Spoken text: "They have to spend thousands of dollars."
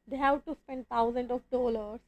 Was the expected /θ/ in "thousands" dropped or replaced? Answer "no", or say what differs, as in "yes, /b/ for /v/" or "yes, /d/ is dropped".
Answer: yes, /t/ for /θ/